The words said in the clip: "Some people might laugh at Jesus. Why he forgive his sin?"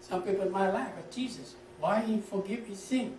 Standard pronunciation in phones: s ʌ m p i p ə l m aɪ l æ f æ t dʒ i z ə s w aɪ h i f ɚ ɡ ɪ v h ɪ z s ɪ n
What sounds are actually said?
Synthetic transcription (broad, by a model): s ʌ m p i p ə n m aɪ l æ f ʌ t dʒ i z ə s w aɪ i f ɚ ɡ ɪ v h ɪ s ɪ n